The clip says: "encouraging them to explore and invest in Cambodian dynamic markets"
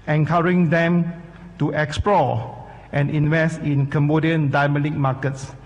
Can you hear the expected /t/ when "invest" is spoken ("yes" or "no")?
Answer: yes